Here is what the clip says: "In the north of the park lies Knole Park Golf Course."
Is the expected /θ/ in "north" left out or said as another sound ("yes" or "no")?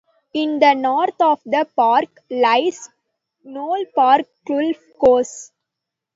yes